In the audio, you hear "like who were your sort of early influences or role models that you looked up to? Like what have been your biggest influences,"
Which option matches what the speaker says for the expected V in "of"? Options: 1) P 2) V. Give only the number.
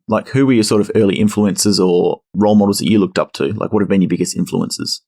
2